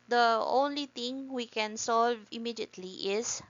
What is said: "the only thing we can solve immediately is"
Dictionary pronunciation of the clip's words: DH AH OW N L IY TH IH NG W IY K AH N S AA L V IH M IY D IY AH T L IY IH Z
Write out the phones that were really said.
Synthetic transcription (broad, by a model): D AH OW N L IY T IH NG W IY K AH N S AA L V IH M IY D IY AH T L IY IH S